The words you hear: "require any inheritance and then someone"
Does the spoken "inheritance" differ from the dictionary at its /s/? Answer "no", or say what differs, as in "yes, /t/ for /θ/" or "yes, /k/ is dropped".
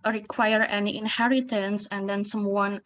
no